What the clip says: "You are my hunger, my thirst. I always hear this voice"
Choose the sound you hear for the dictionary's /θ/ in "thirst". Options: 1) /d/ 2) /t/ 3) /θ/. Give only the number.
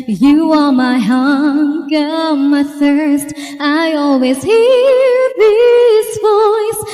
3